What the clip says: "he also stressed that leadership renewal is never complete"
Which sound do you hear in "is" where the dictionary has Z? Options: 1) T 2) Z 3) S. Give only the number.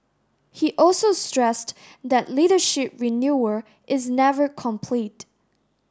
2